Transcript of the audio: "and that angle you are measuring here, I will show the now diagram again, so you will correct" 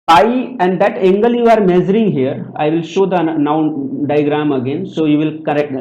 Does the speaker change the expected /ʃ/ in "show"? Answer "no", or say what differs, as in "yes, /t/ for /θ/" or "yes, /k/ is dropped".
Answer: no